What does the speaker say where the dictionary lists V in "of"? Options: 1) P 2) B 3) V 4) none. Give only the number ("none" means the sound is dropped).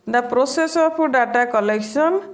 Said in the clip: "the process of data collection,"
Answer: 1